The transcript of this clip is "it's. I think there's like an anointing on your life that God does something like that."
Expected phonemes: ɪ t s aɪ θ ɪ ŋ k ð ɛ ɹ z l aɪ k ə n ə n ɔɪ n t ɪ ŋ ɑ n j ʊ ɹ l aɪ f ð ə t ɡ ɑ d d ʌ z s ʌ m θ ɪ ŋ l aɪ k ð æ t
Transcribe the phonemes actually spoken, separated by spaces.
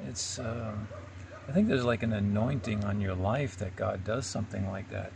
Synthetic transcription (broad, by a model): ɪ t s aɪ θ ɪ ŋ k ð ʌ ɹ z l aɪ k ə n ə n ɔɪ n t ɪ ŋ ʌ n j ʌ ɹ l aɪ f ð ə t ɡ ɑ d d ʌ z s ʌ m θ ɪ ŋ l aɪ k ð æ t